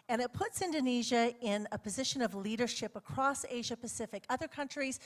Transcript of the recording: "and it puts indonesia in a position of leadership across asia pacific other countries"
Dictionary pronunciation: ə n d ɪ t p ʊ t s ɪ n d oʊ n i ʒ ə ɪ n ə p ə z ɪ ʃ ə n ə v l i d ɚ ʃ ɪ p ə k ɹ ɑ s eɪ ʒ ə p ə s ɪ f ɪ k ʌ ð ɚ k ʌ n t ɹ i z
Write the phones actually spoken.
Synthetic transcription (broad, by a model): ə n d ɪ t p ʊ t s ɪ n d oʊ n i ʒ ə ɪ n ə p ə z ɪ ʃ ə n ə v l i d ɚ ʃ ɪ p ə k ɹ ɑ s eɪ ʒ ə p ə s ɪ f ɪ k ʌ ð ɚ k ʌ n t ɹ i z